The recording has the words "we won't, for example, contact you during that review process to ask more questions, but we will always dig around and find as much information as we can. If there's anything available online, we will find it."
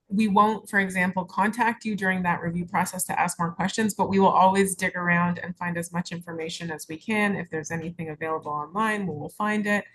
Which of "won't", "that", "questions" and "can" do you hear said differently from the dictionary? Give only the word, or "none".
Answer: none